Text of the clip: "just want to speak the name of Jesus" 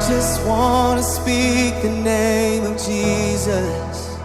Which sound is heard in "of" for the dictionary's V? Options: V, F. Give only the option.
V